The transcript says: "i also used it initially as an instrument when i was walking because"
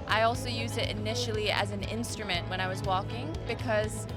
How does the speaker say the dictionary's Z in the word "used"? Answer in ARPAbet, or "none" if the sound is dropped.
Z